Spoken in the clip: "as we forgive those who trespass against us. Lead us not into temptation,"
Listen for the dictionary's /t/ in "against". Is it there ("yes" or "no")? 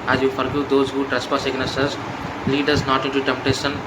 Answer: no